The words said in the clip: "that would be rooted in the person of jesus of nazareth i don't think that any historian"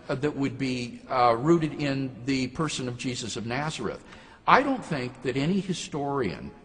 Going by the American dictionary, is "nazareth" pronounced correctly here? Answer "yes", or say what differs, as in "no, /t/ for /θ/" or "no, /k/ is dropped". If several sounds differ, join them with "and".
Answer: yes